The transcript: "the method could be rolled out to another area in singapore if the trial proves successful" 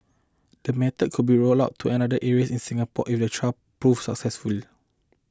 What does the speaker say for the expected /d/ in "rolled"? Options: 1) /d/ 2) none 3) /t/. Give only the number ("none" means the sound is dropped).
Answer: 2